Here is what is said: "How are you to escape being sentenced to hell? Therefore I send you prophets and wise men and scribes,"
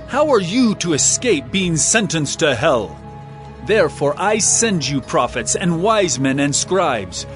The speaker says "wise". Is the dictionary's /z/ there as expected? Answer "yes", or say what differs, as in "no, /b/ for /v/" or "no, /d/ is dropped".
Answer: yes